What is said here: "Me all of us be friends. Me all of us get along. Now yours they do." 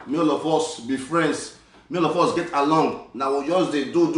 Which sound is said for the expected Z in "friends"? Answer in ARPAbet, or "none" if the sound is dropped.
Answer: S